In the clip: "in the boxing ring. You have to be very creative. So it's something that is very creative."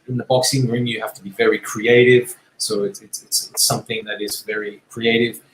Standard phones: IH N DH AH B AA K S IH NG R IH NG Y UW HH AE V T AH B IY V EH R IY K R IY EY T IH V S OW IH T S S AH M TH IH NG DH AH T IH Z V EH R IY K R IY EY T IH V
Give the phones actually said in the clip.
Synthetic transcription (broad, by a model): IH N DH AH B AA K S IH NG R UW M Y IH HH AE F T AH B IY V EH R IY K R IY EY T IH V S OW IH T S S AH M TH IH NG DH AH T IH Z V EH R IY K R IY EY T IH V